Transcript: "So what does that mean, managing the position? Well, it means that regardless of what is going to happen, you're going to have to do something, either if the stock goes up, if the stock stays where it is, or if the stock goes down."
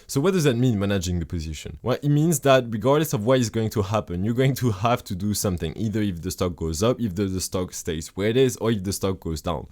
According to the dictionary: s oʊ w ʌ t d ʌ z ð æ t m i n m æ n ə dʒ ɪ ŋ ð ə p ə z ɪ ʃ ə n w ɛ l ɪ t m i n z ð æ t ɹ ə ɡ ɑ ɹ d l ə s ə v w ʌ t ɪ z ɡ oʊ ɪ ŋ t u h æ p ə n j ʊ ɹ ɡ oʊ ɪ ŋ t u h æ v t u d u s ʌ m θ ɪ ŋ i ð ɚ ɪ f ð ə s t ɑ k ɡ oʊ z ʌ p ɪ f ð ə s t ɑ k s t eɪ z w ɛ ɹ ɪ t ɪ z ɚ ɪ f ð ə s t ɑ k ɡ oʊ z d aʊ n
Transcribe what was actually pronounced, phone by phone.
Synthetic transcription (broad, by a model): s oʊ w ʌ t d ʌ z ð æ t m i n m æ n ə dʒ ɪ ŋ ð ə p ə z ɪ ʃ ə n w ɛ l ɪ t m i n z ð æ t ɹ ə ɡ ɑ ɹ d l ə s ə v w ʌ t ɪ z ɡ oʊ ɪ ŋ t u h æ p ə n j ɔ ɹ ɡ oʊ ɪ ŋ t u h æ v t u d u s ʌ m θ ɪ ŋ i ð ɚ ɪ f ð ə s t ɑ k ɡ oʊ z ʌ p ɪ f ð ə s t ɑ k s t eɪ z w ɛ ɹ ɪ t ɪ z ɚ ɪ f ð ə s t ɑ k ɡ oʊ z d aʊ n